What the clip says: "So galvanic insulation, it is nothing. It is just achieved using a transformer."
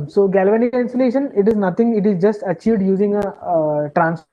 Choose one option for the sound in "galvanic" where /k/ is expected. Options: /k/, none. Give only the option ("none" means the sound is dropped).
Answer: none